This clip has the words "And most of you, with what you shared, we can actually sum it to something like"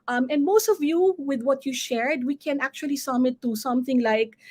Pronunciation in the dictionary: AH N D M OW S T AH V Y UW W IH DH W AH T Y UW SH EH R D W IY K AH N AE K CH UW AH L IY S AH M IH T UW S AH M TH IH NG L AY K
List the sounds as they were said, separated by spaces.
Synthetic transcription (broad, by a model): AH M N M OW S T AH V Y UW W IH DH W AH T Y UW SH EH R D W IY K AH N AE K CH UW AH L IY S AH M IH T UW S AH M TH IH NG L AY K